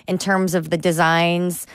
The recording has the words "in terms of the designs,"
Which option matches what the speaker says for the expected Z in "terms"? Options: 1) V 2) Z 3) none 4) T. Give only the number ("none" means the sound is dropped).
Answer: 2